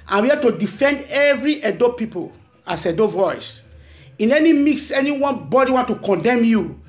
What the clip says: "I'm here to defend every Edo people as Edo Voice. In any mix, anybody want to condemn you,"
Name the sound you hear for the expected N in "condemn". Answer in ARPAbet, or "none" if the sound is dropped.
N